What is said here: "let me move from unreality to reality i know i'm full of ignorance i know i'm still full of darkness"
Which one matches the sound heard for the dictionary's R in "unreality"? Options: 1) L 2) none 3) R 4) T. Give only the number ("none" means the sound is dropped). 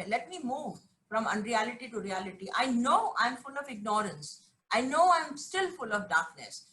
3